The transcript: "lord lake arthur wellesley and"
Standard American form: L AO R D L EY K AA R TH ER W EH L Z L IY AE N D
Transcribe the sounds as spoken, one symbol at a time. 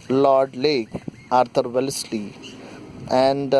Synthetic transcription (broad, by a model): L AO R D L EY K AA R T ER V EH L S L IY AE N D